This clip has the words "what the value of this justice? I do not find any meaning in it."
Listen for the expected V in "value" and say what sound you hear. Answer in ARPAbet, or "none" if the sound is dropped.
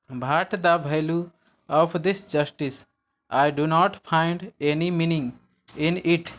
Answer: B